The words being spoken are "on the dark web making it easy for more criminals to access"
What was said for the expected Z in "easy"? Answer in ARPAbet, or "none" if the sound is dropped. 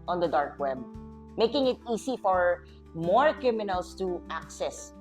S